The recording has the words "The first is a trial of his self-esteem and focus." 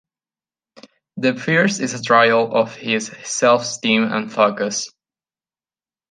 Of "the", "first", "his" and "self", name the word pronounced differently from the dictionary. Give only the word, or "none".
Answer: first